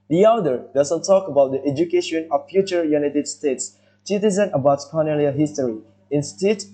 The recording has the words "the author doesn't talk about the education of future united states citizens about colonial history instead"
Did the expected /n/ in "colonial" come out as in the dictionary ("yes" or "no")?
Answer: no